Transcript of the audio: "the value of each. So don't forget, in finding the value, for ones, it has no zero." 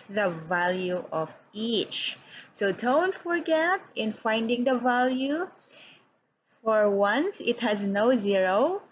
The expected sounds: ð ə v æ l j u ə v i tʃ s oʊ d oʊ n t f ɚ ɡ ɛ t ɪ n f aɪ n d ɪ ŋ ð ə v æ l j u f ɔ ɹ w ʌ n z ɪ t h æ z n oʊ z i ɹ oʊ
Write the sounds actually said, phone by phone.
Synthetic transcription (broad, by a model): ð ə v æ l j u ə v i tʃ s oʊ d oʊ n t f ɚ ɡ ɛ t ɪ n f aɪ n d ɪ ŋ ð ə v æ l j u f ɔ ɹ w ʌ n s ɪ t h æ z n oʊ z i ɹ oʊ